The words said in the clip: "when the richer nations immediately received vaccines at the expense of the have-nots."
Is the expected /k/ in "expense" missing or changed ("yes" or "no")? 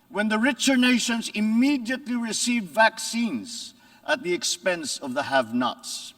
no